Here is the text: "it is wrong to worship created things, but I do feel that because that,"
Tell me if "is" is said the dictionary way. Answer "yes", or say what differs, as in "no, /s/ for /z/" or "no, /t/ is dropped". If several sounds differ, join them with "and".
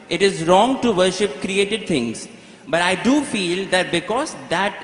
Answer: yes